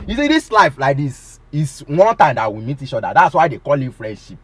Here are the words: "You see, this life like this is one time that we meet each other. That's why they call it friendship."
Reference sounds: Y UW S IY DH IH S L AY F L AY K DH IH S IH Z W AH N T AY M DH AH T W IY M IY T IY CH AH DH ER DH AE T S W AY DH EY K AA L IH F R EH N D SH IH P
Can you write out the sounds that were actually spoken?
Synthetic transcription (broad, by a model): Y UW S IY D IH S L AY F L AY K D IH S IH S W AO N T AY M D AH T W IY M IY T IY CH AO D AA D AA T S W AY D EY K AA L IH F R EH N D SH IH P